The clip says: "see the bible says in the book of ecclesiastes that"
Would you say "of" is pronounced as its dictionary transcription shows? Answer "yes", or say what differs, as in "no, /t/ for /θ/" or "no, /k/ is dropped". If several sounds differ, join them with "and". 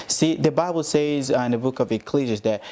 yes